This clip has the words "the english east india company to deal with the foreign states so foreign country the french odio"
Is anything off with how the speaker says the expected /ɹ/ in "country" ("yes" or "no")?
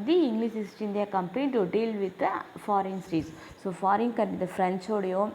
yes